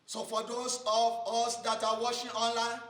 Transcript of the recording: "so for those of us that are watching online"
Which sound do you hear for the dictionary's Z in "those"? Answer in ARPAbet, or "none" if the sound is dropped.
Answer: S